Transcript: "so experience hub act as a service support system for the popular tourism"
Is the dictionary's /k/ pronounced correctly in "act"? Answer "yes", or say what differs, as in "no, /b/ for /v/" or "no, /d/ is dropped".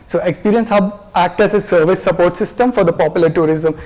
yes